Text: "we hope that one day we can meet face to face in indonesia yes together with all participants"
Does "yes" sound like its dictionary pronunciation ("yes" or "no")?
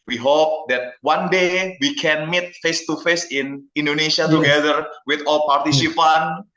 no